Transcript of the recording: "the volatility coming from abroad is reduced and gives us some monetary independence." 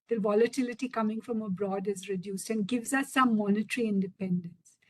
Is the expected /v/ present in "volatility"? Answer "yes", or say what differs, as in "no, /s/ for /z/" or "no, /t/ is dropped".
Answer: yes